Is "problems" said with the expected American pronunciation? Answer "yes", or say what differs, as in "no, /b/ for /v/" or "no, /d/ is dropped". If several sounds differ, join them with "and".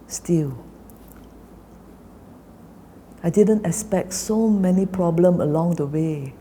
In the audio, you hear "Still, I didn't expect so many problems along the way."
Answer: no, /z/ is dropped